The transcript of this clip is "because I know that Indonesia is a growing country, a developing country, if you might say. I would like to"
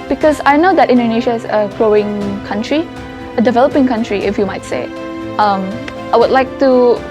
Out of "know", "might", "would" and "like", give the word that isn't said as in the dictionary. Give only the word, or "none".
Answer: none